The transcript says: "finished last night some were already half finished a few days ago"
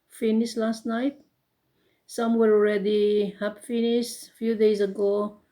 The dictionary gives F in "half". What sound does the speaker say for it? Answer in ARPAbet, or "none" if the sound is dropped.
P